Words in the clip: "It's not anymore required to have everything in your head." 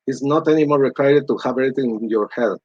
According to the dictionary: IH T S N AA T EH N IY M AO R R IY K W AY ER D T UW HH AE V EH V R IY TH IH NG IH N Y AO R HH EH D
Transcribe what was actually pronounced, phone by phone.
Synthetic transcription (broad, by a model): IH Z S N AA T EH N IY M AO R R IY K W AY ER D T UW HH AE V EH R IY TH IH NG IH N Y AO R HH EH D